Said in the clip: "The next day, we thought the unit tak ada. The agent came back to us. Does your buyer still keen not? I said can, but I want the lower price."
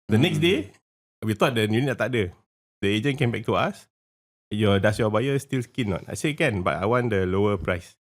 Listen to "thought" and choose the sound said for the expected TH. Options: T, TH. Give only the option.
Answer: T